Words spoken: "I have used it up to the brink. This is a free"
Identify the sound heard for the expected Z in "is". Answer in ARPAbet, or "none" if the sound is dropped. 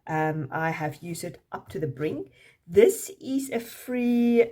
Z